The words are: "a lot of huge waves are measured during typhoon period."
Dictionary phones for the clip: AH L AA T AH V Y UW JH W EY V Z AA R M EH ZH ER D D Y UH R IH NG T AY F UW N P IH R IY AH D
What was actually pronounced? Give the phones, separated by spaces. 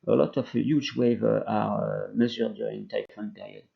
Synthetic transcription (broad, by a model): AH L AA T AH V Y UW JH W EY V AA R M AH Z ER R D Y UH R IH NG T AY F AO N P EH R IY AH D